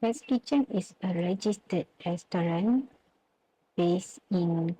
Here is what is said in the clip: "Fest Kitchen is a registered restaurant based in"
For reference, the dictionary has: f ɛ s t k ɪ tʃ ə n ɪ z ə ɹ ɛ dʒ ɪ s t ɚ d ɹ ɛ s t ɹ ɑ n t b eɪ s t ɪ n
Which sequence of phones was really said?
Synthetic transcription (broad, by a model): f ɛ s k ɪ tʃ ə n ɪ s ə ɹ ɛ dʒ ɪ s t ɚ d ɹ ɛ s t ɹ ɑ n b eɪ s ɪ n